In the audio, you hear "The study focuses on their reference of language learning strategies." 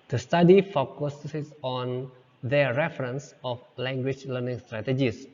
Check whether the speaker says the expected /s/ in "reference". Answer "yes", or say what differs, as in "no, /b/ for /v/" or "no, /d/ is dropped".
yes